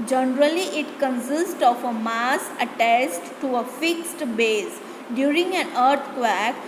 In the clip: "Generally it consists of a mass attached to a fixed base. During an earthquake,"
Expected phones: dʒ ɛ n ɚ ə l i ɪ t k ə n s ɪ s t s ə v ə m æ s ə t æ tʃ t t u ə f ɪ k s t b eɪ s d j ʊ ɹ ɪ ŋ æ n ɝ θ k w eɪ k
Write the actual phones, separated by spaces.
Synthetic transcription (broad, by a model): dʒ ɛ n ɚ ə l i ɪ t k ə n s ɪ s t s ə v ə m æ s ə t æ s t t u ə f ɪ k s t b eɪ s d j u ɹ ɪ ŋ æ n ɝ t k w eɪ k